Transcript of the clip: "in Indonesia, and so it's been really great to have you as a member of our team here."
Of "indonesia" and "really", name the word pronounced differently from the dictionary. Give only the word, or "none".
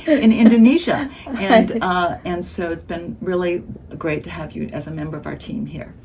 none